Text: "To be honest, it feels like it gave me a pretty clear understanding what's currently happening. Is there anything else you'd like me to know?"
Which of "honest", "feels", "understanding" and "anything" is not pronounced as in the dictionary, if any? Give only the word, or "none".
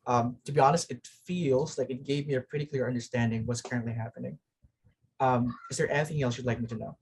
none